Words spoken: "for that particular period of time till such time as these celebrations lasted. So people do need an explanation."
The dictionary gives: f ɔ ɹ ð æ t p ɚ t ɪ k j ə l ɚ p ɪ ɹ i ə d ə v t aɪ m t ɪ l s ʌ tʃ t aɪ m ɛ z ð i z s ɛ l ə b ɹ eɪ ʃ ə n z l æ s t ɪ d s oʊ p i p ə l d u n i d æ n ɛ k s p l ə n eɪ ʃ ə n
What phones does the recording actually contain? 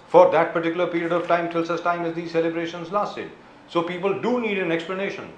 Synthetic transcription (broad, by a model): f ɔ ɹ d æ t p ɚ t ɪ k j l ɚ p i ɹ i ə d ə v t aɪ m t ɪ l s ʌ s t aɪ m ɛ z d i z s ɛ l ə b ɹ eɪ ʃ ə n z l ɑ s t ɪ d s oʊ p i p ə l d u n i d æ n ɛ k s p l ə n eɪ ʃ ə n